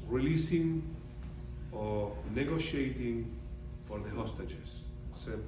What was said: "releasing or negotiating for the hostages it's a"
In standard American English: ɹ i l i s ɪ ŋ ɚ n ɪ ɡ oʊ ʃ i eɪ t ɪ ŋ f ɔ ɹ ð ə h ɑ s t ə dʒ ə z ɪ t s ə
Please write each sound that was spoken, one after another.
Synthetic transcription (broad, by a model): ɹ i l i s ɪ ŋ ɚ n ɪ ɡ oʊ ʃ i eɪ t ɪ ŋ f ɔ ɹ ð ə h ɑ s t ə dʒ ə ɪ s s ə